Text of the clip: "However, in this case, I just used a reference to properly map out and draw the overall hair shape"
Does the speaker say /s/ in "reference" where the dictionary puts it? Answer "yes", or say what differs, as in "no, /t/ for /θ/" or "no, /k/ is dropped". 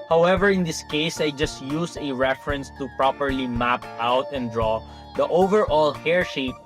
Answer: yes